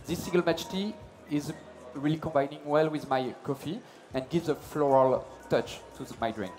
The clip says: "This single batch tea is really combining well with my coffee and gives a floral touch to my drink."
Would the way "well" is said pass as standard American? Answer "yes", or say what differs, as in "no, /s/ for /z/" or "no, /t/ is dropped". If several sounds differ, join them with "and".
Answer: yes